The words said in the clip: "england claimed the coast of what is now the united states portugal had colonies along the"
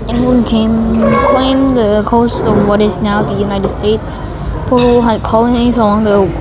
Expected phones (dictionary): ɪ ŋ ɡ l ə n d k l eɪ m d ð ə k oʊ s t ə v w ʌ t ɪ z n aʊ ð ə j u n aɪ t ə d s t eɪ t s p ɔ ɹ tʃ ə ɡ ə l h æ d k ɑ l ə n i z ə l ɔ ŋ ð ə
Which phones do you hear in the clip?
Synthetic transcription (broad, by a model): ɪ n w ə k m k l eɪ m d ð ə k oʊ s t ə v w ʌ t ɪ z n aʊ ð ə j u n aɪ t ə d s t eɪ t s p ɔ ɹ ə h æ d k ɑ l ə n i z ə l ɔ ŋ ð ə